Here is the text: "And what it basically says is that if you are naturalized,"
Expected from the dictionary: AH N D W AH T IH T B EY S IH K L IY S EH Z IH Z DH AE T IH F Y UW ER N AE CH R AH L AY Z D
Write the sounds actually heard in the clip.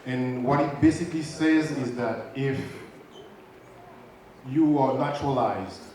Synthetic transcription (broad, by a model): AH N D W AH T IH T B EY S IH K L IY S EH Z IH Z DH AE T IH F Y UW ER N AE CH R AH L AY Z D